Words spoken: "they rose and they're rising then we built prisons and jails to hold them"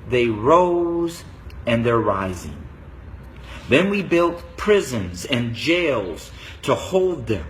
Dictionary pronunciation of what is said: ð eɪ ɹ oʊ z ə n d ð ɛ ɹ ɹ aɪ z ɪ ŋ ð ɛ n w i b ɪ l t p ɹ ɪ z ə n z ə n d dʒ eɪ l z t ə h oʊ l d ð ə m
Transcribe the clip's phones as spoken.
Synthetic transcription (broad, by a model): ð eɪ ɹ oʊ z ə n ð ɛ ɹ ɹ aɪ z ɪ ŋ ð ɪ n w i b ɪ l t p ɹ ɪ z ə n z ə n dʒ eɪ l z t ə h oʊ l d ð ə m